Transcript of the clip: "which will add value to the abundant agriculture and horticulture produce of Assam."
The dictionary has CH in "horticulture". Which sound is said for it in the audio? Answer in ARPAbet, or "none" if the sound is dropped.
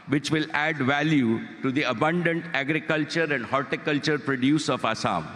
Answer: CH